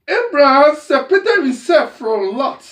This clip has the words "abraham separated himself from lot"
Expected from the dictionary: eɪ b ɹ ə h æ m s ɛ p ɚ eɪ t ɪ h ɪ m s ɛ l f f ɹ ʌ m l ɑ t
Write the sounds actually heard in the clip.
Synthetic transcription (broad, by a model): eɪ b ɹ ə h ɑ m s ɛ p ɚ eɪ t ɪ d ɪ s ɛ f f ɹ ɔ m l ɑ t